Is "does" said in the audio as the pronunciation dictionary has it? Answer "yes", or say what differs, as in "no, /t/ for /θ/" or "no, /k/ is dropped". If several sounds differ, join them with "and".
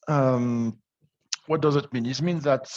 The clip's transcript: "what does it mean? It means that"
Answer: yes